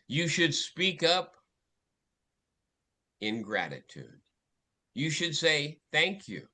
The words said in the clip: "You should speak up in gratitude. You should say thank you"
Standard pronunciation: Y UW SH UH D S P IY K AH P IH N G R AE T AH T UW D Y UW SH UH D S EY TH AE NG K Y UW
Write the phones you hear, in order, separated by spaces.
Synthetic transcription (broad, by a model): Y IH SH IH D S P IY K AH P IH N G R AE T AH T UW D Y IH SH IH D S EY TH AE NG K Y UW